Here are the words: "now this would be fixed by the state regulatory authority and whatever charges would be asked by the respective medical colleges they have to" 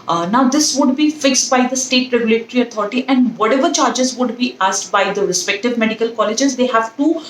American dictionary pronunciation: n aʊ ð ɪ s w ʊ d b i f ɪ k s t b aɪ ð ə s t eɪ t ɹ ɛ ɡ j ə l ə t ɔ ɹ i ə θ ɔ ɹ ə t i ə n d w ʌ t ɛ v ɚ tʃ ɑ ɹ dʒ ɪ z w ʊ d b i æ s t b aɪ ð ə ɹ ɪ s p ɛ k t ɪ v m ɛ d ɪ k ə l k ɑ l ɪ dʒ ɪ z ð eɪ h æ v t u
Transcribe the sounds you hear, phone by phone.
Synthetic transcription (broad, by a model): n aʊ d ɪ s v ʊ d b i f ɪ k s t b aɪ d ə s t eɪ t ɹ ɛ ɡ j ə l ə t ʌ ɹ i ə t ɔ ɹ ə t i ə n d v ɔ t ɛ v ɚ tʃ ɑ ɹ dʒ ɪ z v ʊ d b i æ s t b aɪ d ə ɹ ɪ s p ɛ k t ɪ v m ɛ d ɪ k ə l k ɑ l ɪ dʒ ɪ z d eɪ h æ v t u